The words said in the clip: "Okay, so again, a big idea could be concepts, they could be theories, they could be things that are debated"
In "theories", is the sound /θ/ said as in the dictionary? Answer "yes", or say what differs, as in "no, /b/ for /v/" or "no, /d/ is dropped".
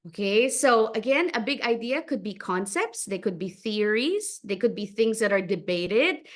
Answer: yes